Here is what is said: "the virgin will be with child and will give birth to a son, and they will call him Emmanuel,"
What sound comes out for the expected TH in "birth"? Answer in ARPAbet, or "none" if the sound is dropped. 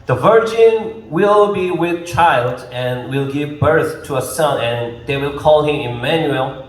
TH